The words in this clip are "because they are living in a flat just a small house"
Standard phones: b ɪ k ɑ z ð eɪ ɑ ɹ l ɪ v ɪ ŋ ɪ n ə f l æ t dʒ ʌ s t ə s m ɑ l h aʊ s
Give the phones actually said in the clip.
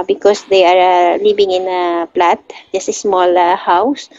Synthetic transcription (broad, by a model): b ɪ k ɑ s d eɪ ɑ ɹ l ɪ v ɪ ŋ ɪ n ə p l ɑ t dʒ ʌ s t ə s m ɑ l h aʊ s